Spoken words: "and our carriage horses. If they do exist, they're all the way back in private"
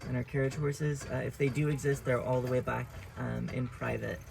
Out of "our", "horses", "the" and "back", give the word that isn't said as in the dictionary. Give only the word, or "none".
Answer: none